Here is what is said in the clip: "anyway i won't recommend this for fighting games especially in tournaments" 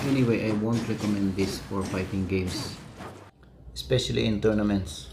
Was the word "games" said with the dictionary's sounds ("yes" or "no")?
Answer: no